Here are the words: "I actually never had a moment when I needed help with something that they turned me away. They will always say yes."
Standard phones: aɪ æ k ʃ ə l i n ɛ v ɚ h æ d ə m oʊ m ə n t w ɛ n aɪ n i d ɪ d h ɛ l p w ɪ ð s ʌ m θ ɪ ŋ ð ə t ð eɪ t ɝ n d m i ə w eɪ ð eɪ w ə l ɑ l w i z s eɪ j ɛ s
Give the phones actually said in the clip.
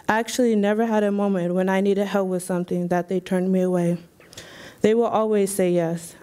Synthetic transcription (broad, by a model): æ k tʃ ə l i n ɛ v ɚ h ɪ d ə m oʊ m ə n t w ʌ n aɪ n i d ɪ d h ɛ l p w ɪ ð s ʌ m θ ɪ ŋ ð ə t ð eɪ t ɝ n m i ə w eɪ ð eɪ w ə l ɑ l w i z s eɪ j ɛ s